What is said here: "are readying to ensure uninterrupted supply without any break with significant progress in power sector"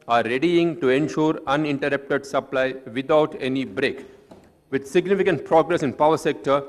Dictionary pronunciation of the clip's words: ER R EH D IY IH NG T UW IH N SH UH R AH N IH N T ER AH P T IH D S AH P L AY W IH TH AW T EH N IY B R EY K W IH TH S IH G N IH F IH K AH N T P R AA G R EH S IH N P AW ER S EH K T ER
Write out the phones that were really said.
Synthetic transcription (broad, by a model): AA R EH D IY IH NG T UW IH N SH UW R AH N IH N T ER AH P T IH D S AH P L AY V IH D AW T EH N IY B R EY K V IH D S IH G N IH F IH K AH N T P R AA G R EH S IH N P AW ER S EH K T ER